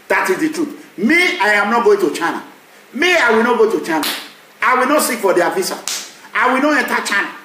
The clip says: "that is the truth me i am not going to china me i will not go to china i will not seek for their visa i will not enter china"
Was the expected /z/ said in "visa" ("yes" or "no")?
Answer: no